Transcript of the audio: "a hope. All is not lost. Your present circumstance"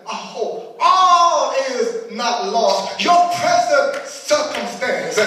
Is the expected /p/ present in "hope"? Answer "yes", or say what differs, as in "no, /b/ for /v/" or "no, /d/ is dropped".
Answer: no, /p/ is dropped